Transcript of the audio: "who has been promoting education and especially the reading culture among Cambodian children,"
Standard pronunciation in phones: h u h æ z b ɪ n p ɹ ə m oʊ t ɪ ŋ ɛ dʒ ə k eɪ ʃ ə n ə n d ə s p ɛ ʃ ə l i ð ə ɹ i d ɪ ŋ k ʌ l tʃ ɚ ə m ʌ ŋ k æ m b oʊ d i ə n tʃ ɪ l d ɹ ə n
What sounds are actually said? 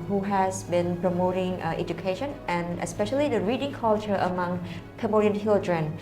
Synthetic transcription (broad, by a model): h u h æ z b ɪ n p ɹ ə m oʊ t ɪ ŋ ɛ dʒ ə k eɪ ʃ ə n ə n ə s p ɛ ʃ ə l i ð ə ɹ i d ɪ ŋ k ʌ l tʃ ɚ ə m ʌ ŋ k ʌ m oʊ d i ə n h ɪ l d ɹ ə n